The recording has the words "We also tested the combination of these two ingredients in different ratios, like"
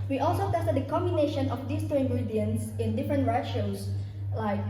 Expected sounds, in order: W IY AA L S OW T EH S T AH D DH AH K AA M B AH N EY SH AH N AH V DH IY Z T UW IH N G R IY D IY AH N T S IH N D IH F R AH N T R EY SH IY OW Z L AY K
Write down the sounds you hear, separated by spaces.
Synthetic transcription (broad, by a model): W IY AA L S OW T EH S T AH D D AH K AA M B AH N EY SH AH N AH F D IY S T UW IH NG G R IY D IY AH N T S IH N D IH F R AH N T R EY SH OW S L AY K